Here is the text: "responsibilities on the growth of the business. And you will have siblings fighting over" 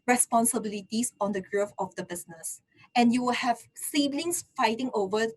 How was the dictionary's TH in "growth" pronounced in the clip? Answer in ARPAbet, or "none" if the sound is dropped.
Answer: F